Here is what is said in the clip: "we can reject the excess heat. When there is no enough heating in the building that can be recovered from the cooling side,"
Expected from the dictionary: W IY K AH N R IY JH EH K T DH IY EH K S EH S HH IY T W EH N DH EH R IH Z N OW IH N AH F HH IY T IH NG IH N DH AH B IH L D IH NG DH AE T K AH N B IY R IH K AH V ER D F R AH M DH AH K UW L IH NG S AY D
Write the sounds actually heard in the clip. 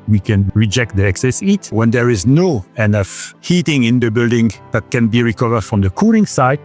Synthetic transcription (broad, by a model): W IY K AH N R IY JH EH K T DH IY EH K S EH S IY T W EH N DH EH R IH Z N OW IH N AH F HH IY T IH NG IH N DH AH B IH L D IH NG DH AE T K AH N B IY R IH K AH V ER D F R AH M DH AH K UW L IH NG S AY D